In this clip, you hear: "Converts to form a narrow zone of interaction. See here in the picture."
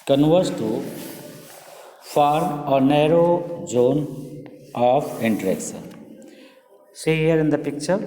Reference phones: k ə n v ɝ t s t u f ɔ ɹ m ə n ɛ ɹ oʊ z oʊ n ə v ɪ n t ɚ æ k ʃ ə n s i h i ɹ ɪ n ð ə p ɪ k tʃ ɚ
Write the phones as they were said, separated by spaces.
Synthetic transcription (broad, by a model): k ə n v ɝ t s t u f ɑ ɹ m ə n ɛ ɹ oʊ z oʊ n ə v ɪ n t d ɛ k s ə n s i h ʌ ɹ ɪ n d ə p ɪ k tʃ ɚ